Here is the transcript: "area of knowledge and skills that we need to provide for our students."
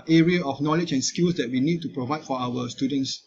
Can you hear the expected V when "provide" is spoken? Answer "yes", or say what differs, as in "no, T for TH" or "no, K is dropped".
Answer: yes